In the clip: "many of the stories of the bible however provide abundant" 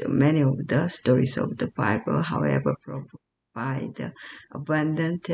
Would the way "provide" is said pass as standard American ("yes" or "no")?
no